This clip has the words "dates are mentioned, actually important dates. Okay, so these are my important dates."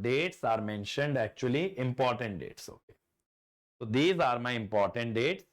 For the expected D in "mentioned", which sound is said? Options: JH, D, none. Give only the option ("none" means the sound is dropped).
D